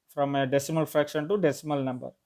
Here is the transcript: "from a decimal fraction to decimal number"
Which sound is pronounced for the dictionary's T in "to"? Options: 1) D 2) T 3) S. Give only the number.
2